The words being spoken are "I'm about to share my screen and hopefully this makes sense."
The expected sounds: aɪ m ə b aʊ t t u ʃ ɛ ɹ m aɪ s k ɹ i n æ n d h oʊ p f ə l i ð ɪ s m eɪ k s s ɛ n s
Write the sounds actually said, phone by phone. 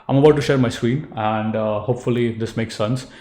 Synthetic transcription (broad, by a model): aɪ m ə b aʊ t t u ʃ ɛ ɹ m aɪ s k w i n æ n d h oʊ p f ə l i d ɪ s m eɪ k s s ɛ n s